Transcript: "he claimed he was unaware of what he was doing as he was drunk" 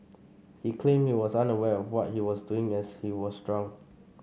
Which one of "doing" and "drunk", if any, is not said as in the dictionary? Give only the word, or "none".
drunk